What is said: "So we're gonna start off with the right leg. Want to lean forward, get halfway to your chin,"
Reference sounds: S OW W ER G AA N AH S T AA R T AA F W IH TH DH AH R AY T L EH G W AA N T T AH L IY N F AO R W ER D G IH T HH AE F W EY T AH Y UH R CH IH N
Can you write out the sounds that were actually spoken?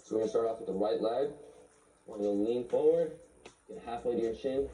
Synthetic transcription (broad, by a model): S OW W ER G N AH S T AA R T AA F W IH DH AH W AY T L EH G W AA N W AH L IY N F AO R W ER D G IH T HH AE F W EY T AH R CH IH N